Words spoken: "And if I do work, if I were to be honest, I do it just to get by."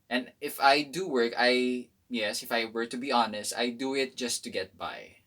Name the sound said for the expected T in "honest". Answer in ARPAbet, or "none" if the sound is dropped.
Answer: T